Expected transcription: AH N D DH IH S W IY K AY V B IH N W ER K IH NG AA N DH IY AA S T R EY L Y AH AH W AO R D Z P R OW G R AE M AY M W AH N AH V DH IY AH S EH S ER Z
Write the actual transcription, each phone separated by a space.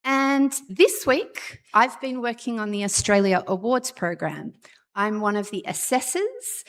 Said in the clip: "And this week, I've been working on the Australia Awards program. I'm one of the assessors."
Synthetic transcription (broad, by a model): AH N DH IH S W IY K AY V B IH N W ER K IH NG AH N DH IY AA S T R EY L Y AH AH W AO R D Z P R OW G R AE M AY M W AH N AH V DH IY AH S EH S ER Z